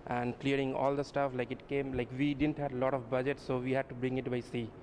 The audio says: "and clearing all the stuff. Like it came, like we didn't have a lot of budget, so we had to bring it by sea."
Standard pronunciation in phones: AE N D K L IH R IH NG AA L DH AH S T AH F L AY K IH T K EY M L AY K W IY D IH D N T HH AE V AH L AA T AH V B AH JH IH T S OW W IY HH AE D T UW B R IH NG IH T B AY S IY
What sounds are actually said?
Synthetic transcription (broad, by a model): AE N D K L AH R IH NG AA L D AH S T AH F L AY K IH T K EY M L AY K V IY D IH D N T HH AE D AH L AA T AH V B AH JH IH T S OW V IY HH AE D T UW B R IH NG IH T B AY S IY